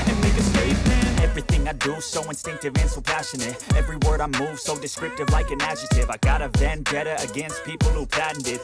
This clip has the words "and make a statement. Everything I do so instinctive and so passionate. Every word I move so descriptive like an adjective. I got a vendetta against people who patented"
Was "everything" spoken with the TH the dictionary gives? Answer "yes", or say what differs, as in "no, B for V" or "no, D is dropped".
yes